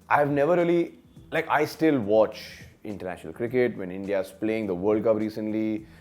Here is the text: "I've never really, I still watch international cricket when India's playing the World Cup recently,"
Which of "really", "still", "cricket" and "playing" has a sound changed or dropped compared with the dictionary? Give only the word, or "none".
really